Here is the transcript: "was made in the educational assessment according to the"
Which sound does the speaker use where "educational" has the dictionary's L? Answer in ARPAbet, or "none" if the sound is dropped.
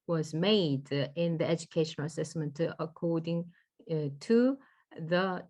N